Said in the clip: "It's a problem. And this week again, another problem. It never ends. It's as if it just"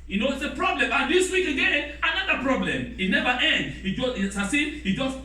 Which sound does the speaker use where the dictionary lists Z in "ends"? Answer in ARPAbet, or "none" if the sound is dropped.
none